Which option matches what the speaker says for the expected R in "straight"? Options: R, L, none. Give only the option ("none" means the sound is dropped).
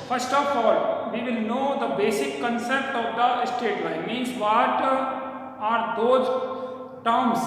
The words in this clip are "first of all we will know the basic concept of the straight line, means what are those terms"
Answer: none